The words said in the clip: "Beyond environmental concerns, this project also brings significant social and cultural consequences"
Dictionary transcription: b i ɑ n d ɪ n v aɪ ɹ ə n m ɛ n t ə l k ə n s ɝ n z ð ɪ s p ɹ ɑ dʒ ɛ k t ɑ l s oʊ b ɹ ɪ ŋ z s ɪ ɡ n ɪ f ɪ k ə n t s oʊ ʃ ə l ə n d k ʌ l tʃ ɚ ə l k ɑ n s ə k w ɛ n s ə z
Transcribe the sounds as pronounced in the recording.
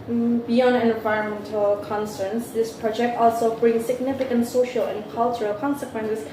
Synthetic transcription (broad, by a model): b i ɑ n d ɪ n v aɪ ɹ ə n m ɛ n t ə l k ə n s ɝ n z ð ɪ s p ɹ ɑ dʒ ɛ k t ɑ l s oʊ b ɹ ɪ ŋ s ɪ ɡ n ɪ f ɪ k ə n t s oʊ ʃ ə l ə n k ʌ l tʃ ɚ ə l k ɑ n s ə k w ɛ n s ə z